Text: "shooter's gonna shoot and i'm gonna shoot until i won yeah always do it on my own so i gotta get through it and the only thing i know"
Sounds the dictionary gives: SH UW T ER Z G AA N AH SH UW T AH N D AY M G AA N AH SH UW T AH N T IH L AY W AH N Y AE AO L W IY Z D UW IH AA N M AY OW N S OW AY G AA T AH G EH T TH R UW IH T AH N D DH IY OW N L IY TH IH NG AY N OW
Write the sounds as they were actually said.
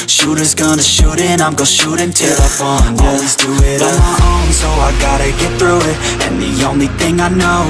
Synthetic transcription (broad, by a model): SH UW T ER Z G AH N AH SH UW T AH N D AY M G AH SH UW T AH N T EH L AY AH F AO N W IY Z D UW IH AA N M AY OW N S OW AY G AA T AH G EH T TH R UW IH T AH N DH IY OW N L IY TH IH NG AY N OW